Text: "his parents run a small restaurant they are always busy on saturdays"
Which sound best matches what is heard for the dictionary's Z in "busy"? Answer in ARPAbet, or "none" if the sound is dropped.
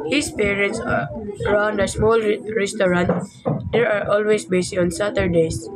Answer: S